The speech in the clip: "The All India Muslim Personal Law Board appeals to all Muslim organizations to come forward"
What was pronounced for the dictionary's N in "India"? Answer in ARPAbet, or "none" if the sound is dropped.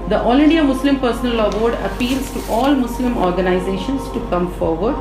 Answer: N